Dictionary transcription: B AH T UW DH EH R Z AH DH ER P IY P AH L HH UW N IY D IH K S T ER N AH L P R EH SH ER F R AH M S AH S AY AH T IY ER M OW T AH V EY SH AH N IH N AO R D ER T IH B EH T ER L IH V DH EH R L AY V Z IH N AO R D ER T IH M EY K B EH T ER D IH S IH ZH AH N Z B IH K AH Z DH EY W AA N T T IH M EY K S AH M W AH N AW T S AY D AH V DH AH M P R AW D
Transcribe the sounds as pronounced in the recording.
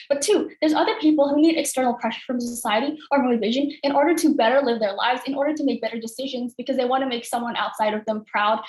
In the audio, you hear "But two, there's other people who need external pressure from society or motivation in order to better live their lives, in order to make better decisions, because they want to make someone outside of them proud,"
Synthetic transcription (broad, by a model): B AH T UW DH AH R Z AH DH ER P IY P L HH UW N IY D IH K S T ER N L P R EH SH ER F R AH M S AH S AY AH T IY ER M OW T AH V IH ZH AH N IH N AO R D ER T IH B EH T ER L IH V DH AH R L AY V Z IH N AO R D ER T IH M EY K B EH T ER D IH S IH ZH AH N Z B IH K AH Z DH EY W AA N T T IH M EY K S AH M W AH N AW T S AY D AH V DH AH M P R AW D